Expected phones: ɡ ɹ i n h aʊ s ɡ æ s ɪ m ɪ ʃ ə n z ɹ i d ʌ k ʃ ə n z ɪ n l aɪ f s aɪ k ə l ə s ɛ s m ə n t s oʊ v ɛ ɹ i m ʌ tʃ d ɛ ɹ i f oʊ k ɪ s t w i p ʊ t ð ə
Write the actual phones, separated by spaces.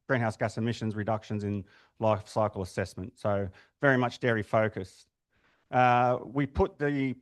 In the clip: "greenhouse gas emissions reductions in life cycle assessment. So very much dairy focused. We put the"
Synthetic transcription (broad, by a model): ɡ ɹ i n h aʊ s ɡ æ s ɪ m ɪ ʃ ə n z ɹ i d ʌ k ʃ ə n z ɪ n l aɪ f s aɪ k ə l ə s ɛ s m ə n t s oʊ v ɛ ɹ i m ʌ tʃ d ɛ ɹ i f oʊ k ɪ s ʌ w i p ʊ t ð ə